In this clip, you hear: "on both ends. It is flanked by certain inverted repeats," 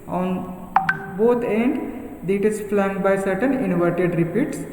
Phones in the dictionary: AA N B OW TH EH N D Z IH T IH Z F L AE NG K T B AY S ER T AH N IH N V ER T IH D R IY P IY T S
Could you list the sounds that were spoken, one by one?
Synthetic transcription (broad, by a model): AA N B OW T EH N D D IH T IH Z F L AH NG B AY S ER T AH N IH N V ER T IH D R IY P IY T S